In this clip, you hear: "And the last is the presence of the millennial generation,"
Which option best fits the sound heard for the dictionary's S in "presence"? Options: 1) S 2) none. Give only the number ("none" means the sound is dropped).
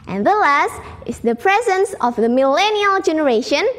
1